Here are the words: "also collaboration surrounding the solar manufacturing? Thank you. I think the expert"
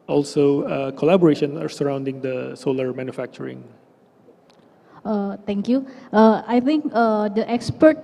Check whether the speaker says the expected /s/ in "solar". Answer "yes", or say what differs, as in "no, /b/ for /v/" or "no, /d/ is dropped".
yes